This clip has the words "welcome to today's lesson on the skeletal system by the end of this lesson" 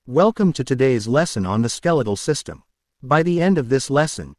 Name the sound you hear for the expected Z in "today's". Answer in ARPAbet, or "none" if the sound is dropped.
Z